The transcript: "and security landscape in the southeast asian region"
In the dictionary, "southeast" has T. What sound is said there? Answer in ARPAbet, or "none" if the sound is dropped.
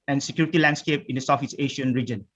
none